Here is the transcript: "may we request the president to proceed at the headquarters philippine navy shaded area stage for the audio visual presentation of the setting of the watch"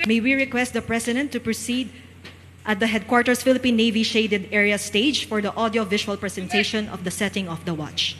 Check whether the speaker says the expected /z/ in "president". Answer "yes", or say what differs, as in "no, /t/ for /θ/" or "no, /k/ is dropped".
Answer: no, /s/ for /z/